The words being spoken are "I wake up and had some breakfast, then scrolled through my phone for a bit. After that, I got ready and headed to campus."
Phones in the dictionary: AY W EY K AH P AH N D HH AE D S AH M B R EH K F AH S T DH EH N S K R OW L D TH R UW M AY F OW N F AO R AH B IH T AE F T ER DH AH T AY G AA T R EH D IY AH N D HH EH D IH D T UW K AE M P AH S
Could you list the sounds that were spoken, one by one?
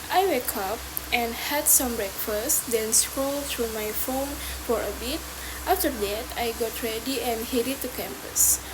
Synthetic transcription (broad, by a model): AY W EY K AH P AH N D HH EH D S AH M B R EH K F AH S T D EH N S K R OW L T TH R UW M AY F OW N F AO R AH B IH T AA F T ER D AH T AY G AA T R EH D IY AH N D HH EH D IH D T UW K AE M P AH S